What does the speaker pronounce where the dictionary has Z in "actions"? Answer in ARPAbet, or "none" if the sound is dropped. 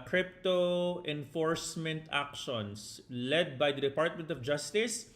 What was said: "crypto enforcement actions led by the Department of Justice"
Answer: S